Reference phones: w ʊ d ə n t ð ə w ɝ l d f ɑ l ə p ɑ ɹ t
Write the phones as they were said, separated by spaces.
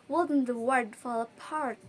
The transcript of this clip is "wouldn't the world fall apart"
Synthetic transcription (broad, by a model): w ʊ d n ð ə w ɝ d f ɑ l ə p ɑ ɹ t